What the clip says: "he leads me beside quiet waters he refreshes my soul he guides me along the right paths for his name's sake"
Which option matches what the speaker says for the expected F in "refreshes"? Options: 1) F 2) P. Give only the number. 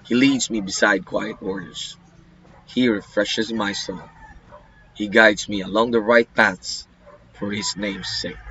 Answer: 1